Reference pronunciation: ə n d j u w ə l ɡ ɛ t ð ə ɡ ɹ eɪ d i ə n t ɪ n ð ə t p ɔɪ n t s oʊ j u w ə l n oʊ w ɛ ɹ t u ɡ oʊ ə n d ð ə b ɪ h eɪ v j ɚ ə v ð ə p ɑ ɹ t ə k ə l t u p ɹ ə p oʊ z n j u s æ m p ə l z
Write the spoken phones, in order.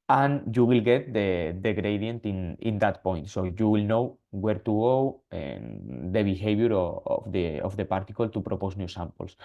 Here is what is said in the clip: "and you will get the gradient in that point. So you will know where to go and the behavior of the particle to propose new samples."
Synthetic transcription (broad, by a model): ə n j u w ə l ɡ ɛ t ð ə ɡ ɹ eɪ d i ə n t ɪ n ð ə t p ɔɪ n t s oʊ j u w ə l n oʊ w ɛ ɹ t u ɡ oʊ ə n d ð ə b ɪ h eɪ b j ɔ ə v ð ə p ɑ ɹ t ə k ə l t u p ɹ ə p oʊ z n j u s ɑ m p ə l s